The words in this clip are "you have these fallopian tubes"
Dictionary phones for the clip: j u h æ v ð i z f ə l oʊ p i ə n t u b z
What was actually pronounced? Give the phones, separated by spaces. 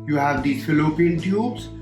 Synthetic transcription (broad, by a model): j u h æ v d i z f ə l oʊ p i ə l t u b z